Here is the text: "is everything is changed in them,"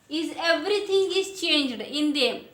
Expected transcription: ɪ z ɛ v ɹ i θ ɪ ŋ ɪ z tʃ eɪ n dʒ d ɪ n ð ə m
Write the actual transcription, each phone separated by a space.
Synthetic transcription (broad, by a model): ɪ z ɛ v ɹ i t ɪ ŋ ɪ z tʃ eɪ n dʒ d ɪ n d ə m